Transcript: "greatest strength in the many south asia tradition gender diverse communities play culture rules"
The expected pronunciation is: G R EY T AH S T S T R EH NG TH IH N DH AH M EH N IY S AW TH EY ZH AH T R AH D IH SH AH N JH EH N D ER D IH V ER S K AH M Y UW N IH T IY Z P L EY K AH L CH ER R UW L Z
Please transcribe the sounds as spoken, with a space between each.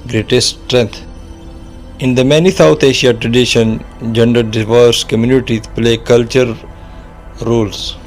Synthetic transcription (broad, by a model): G R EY T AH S S T R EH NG T IH N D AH M EH N IY S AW T EY SH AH T R AH D IH SH AH N JH EH N D ER D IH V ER S K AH M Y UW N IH T IY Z P L EY K AH L CH ER R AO L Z